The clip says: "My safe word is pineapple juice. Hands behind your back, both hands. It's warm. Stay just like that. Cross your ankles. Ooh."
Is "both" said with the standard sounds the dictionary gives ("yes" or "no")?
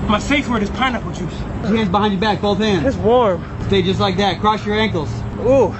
yes